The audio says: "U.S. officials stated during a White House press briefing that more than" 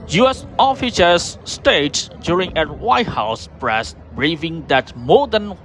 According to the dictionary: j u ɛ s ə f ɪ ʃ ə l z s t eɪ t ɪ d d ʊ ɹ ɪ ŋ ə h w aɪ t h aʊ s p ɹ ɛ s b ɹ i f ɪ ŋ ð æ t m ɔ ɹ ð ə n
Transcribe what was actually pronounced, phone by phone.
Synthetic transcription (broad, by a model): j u ɛ s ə f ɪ s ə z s t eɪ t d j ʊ ɹ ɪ ŋ ə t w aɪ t h aʊ s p ɹ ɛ s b ɹ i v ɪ ŋ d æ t m ɔ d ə n